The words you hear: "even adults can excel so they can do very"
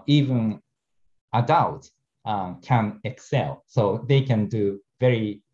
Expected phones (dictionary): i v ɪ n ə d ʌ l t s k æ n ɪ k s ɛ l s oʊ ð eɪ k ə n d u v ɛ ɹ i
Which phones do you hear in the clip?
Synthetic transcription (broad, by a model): i v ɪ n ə d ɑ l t k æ n ɪ k s ɛ l s oʊ ð eɪ k ə n d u v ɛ ɹ i